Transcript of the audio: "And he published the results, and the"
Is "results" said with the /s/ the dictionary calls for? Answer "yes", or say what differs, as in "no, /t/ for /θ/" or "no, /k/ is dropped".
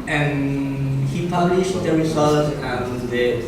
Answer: no, /s/ is dropped